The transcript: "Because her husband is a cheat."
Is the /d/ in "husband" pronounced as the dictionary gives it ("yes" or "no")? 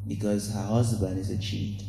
no